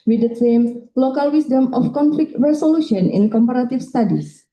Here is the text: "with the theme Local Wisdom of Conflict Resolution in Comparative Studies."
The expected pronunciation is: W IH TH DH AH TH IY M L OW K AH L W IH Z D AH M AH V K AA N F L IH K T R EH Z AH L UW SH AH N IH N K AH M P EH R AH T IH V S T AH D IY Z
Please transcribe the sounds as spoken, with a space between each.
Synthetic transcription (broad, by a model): W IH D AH S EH M L OW K AH L W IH S D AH M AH F K AA N F L IH K T R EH S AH L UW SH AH N IH N K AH M P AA R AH T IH F S T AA D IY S